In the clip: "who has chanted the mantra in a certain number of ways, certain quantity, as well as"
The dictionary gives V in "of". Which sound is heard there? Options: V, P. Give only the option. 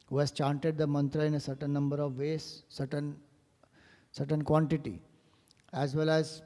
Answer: V